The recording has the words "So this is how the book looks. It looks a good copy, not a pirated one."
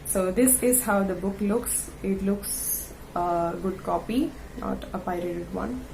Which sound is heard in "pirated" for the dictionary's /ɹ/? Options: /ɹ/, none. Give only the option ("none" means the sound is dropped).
/ɹ/